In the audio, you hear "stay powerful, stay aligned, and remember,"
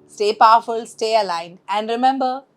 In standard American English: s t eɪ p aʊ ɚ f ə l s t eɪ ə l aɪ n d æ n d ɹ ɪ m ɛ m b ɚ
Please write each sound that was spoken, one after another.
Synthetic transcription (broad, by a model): s t eɪ p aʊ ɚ f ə l s t eɪ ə l aɪ n æ n d ɹ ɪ m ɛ m b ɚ